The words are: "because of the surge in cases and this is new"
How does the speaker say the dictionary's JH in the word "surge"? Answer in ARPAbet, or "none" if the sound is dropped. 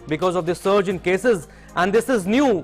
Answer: JH